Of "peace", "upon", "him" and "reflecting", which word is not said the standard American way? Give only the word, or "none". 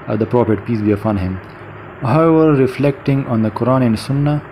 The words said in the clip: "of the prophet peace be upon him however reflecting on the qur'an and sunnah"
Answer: upon